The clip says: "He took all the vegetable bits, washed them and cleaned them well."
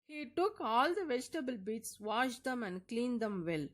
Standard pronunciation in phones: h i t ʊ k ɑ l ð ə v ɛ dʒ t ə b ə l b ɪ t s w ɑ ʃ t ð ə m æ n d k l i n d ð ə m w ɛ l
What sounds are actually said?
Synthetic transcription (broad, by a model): h i t ʊ k ɑ l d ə v ɛ dʒ t ə b ə l b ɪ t s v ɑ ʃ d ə m æ n d k l i n d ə m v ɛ l